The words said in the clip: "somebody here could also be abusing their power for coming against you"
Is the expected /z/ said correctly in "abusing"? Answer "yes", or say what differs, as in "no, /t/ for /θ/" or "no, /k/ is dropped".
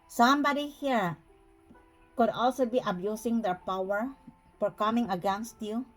no, /s/ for /z/